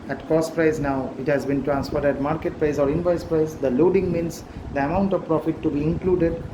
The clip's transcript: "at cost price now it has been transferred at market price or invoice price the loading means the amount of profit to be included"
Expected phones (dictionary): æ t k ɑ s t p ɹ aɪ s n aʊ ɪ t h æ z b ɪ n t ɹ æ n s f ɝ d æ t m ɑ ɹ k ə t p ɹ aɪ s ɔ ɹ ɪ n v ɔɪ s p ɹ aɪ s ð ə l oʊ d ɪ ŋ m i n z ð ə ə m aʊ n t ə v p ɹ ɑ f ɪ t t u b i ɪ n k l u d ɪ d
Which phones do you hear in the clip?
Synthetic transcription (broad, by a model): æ t k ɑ s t p ɹ aɪ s n aʊ ɪ t h æ z b ɪ n t ɹ æ n s f ɝ d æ t m ɑ ɹ k ə t p ɹ aɪ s ɔ ɹ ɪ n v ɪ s p ɹ aɪ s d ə l oʊ d ɪ ŋ m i n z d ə ə m aʊ n t ə v p ɹ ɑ f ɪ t t u b i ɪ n k l u d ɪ d